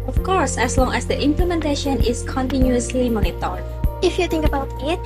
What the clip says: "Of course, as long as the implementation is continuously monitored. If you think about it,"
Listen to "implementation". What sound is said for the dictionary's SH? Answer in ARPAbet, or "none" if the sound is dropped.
SH